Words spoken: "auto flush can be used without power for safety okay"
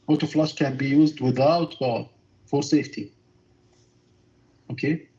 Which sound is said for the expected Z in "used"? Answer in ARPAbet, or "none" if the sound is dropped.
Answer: Z